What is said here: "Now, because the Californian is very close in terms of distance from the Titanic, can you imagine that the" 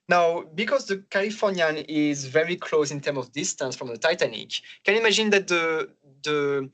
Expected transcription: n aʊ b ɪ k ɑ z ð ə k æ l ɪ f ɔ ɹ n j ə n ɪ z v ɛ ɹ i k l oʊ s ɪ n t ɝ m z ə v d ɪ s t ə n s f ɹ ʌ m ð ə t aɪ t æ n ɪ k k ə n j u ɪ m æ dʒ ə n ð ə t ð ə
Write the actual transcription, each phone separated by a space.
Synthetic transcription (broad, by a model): n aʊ b ɪ k ɑ z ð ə k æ l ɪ f ɔ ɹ n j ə n ɪ z v ɛ ɹ i k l oʊ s ɪ n t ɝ m ə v d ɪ s t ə n s f ɹ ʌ m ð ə t aɪ t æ n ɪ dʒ k ə n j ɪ m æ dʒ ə n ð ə t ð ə